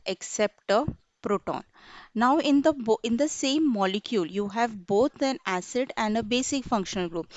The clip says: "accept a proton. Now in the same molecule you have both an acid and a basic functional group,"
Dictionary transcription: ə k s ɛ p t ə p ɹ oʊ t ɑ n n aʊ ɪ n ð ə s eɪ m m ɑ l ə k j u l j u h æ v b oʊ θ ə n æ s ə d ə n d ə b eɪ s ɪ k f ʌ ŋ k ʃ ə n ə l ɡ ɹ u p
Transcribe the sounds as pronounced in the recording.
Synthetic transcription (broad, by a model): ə k s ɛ p t ə p ɹ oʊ t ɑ n n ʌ ɪ n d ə s eɪ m m ɑ l ə k j u l j u h æ v b oʊ t ə n æ s ə d ə n d ə b eɪ s ɪ k f ʌ ŋ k ʃ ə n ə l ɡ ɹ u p